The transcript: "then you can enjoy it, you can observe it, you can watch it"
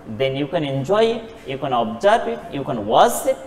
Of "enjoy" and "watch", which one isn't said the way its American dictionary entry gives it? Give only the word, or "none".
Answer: watch